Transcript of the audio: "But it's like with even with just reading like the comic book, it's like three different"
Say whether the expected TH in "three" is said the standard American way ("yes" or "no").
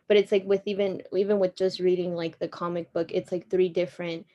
yes